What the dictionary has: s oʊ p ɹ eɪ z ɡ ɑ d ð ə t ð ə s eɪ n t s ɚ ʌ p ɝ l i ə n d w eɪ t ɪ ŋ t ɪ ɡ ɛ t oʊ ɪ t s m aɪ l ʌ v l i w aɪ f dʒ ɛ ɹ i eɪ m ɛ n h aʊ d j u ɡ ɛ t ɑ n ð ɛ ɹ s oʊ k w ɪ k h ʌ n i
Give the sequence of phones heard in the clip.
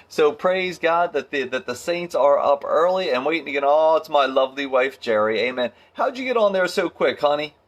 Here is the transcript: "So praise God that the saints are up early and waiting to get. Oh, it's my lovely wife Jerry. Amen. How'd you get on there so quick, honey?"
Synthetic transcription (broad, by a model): s oʊ p ɹ eɪ z ɡ ɑ d ð ə t ð ə s eɪ n t s ɚ ʌ p ɝ l i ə n w eɪ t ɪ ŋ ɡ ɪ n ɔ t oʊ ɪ m aɪ l ʌ v l i w aɪ f dʒ ɛ ɹ i eɪ m ɛ n h aʊ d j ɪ ɡ ɛ t n ð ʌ ɹ s oʊ k w ɪ k h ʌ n i